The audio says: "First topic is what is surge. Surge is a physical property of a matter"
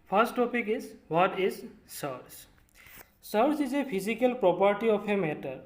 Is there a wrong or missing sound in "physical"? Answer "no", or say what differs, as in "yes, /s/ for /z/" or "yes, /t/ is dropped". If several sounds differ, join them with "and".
yes, /p/ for /f/